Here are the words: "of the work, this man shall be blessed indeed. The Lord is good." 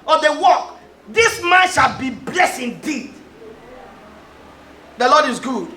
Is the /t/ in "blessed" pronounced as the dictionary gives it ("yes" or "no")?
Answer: no